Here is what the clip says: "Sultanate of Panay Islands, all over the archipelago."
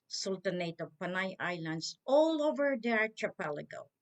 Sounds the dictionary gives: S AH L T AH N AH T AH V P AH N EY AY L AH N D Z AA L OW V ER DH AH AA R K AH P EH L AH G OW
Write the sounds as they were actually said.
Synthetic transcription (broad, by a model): S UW L T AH N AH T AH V P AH N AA AY L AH N D S AA L OW V ER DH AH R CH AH P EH L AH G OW